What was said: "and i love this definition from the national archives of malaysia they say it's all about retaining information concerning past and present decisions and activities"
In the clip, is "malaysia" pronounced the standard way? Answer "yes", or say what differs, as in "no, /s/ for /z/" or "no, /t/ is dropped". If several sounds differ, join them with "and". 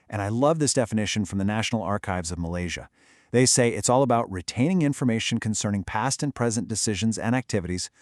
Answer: yes